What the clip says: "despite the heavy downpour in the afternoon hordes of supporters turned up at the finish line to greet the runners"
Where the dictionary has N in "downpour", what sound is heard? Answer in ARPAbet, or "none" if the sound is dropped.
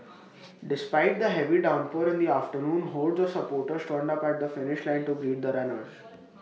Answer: N